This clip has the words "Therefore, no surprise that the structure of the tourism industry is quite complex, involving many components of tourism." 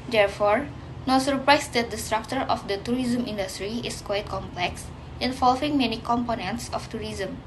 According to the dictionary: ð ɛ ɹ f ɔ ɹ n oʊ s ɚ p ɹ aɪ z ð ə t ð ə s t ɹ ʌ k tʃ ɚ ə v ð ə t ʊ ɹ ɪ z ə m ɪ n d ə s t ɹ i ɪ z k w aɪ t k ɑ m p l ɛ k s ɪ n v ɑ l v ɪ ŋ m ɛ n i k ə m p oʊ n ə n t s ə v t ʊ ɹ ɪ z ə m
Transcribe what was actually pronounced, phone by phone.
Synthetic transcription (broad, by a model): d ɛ ɹ f ɔ ɹ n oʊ s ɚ p ɹ aɪ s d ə t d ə s t ɹ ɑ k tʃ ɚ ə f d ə t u ɹ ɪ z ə m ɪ n d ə s t ɹ i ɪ s k w aɪ t k ɑ m p l ɛ k s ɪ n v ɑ l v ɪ ŋ m ɛ n i k ə m p oʊ n ə n t s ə f t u ɹ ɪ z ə m